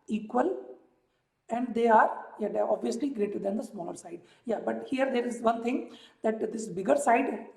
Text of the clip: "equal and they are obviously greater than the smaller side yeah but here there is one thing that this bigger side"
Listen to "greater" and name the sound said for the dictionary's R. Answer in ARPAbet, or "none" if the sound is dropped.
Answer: R